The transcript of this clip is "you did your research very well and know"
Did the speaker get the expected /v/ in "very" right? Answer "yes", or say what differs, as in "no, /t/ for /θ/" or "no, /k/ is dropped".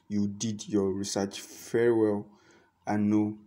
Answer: no, /f/ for /v/